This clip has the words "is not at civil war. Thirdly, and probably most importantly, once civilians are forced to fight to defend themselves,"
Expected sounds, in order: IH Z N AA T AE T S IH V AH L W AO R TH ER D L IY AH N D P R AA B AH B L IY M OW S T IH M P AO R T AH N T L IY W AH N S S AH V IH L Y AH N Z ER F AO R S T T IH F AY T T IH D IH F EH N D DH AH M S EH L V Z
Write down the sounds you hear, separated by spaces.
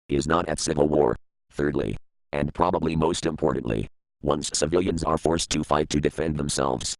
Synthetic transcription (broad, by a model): IH Z N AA T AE T S IH V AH L W AO R TH ER D L IY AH N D P R AA B AH B L IY M OW S T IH M P AO R T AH N T L IY W AH N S S AH V IH L Y AH N Z ER F AO R S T T IH F AY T T IH D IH F EH N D DH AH M S EH L V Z